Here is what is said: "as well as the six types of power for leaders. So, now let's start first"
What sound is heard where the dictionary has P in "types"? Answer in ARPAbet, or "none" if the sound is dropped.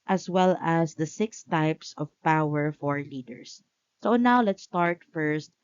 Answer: P